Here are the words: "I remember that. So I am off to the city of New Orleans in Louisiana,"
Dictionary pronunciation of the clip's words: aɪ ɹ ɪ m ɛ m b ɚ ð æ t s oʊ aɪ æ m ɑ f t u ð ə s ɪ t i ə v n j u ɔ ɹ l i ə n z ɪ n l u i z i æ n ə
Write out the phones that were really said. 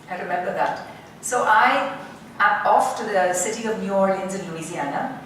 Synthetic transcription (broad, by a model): aɪ ɹ ɪ m ɛ m b ɚ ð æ t s oʊ aɪ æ ɑ f t u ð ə s ɪ t i ə v n j u ɔ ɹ i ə n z ɪ n l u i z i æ n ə